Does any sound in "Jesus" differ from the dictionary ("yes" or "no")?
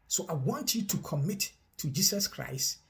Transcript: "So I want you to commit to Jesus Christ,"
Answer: yes